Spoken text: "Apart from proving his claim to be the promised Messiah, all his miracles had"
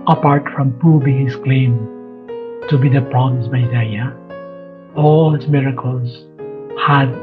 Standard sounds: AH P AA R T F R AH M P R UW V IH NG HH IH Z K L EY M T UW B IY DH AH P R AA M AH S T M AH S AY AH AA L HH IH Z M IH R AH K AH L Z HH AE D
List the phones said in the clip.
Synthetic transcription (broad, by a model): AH P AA R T F R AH M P UW B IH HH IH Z K L EY M T UW B IY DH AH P R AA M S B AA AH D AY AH AA L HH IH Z M IH R AH K AH L Z HH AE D